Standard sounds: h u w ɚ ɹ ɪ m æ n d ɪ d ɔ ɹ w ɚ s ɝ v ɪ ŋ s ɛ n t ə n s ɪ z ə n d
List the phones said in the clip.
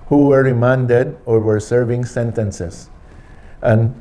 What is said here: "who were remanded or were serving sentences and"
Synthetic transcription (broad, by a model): h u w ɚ ɹ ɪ m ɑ n d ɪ d ɔ ɹ w ɚ s ɝ v ɪ ŋ s ɛ n t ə n s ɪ s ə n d